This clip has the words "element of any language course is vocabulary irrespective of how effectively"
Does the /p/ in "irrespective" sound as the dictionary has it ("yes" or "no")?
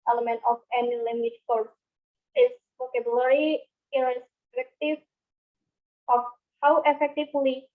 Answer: no